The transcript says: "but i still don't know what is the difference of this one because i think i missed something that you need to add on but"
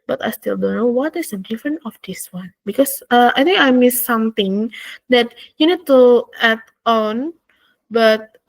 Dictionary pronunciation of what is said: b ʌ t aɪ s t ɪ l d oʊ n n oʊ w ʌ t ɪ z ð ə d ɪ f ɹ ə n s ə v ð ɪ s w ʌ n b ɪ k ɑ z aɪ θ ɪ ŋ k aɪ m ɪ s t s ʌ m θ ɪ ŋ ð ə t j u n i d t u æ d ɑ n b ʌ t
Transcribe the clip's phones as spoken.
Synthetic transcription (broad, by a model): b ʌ t aɪ s t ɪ l d oʊ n n oʊ w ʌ t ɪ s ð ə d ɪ f ɹ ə n ə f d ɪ s w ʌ n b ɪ k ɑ s aɪ t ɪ ŋ k aɪ m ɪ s s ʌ m t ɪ ŋ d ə t j u n i d t u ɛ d ɑ n b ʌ t